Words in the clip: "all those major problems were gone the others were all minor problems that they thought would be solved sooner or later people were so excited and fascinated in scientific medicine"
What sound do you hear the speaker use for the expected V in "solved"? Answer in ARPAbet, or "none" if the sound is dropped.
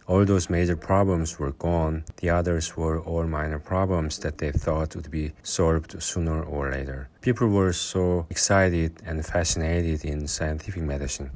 V